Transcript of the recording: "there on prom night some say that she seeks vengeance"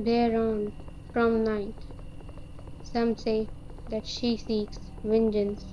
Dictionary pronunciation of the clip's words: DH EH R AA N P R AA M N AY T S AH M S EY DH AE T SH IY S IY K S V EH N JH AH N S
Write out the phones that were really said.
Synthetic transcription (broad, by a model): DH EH R AA N F R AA M N AY T S AH M S EY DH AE T SH IY S IY K S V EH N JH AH N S